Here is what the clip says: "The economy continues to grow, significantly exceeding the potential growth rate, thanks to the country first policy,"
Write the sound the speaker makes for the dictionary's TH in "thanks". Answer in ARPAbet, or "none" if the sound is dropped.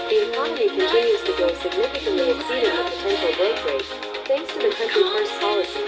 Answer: TH